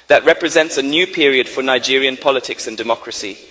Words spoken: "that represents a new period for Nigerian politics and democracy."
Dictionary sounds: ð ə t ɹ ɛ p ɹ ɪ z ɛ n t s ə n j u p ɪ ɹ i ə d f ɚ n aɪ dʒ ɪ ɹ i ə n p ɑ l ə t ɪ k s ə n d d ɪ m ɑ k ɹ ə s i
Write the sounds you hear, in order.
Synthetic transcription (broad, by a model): ð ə t ɹ ɛ p ɹ ɪ z ɛ n t s ə n j u p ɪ ɹ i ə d f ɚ n aɪ dʒ ɪ ɹ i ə n p ɑ l ə t ɪ k s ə n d d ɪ m ɑ k ɹ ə s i